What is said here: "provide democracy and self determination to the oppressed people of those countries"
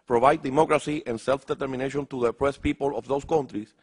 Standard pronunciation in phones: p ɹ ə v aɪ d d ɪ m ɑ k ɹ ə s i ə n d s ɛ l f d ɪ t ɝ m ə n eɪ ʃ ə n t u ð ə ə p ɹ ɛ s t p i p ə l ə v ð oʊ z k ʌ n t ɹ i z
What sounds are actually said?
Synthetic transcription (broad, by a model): p ɹ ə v aɪ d d ɪ m ɑ k ɹ ə s i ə n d s ɛ l f d ɪ t ɝ m ə n eɪ ʃ ə n t u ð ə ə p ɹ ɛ s p i p ə l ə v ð oʊ s k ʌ n t ɹ i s